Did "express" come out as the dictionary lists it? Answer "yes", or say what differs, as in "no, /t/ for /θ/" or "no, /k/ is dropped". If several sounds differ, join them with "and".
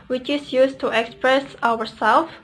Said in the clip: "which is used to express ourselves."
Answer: yes